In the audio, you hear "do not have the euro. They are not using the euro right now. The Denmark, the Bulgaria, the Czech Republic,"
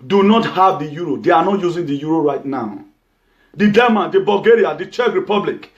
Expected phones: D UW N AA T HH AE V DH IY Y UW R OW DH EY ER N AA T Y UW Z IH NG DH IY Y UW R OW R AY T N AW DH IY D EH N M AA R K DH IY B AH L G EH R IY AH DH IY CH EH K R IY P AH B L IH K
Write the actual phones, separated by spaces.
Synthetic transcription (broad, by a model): D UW N AA T HH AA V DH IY Y UW R OW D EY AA N AA T Y UW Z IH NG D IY Y UW R OW R AY T N AW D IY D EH M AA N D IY B AH L G EH R IY AH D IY CH EH K R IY P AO B L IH K